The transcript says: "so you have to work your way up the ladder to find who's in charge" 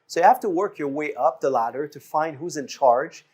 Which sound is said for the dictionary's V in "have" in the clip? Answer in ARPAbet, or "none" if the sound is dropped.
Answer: F